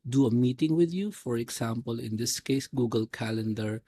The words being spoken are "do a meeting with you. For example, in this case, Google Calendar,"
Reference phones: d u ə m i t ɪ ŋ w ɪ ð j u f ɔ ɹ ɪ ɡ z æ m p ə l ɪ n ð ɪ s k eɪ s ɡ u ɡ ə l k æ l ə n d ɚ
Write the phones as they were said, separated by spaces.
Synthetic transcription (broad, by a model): d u ə m i t ɪ ŋ w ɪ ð j u f ɔ ɹ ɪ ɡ s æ m p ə l ɪ n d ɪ s k eɪ s ɡ u ɡ ə l k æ l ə n d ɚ